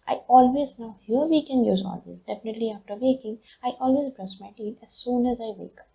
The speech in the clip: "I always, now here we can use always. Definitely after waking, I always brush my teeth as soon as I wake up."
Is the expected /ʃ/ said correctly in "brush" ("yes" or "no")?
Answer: no